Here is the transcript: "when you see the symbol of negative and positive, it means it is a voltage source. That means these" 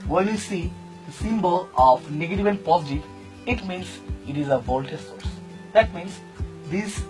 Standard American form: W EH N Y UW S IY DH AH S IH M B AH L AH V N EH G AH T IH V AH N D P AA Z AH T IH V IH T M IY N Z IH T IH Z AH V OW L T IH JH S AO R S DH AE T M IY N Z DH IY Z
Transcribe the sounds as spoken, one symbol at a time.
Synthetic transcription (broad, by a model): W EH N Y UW S IY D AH S IH M B AH L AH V N EH G AH T IH V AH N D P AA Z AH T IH IH T M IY N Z IH T IH Z AH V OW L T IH S AO R S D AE T M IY N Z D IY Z